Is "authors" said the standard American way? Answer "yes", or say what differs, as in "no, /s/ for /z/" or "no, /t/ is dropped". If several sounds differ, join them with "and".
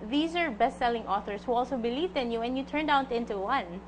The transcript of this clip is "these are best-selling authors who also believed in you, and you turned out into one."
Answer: no, /s/ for /z/